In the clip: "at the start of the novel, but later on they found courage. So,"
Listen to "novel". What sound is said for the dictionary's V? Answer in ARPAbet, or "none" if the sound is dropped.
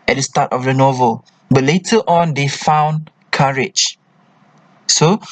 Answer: V